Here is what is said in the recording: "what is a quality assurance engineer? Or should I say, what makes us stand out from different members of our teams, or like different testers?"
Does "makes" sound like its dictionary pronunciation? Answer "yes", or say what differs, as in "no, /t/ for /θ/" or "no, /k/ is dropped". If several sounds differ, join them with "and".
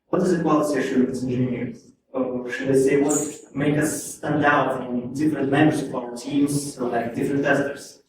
no, /s/ is dropped